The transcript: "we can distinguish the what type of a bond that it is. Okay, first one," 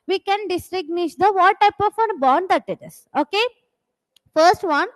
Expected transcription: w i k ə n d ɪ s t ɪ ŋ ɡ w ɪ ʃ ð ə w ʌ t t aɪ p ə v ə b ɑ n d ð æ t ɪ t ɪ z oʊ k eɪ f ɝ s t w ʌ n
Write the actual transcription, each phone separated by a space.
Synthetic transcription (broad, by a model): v i k ə n d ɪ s t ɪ ɡ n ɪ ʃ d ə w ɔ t t aɪ p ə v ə b ɑ n d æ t ɪ t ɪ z oʊ k eɪ f ɝ s t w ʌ n